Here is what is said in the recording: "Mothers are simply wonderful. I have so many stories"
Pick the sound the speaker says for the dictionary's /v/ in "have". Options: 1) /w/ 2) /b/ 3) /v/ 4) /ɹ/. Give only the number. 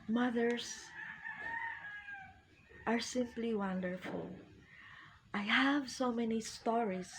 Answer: 3